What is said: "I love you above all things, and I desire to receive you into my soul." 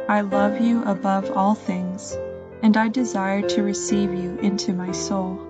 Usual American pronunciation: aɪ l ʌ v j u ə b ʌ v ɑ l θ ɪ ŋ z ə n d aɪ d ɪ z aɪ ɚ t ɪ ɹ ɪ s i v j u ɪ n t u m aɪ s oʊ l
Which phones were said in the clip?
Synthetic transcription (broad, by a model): aɪ l ʌ v j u ə b ʌ v ɑ l θ ɪ ŋ z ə n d aɪ d ɪ z aɪ ɚ t ɪ ɹ ɪ s i v j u ɪ n t u m aɪ s oʊ l